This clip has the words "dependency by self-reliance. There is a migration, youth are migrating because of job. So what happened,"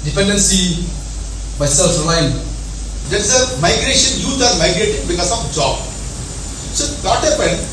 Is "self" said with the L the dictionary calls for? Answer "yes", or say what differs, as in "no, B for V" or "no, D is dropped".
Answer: yes